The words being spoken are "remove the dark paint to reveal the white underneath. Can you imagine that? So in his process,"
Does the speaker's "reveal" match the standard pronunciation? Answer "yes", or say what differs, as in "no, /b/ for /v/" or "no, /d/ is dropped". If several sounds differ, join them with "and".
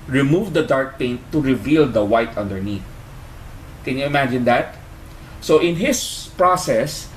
yes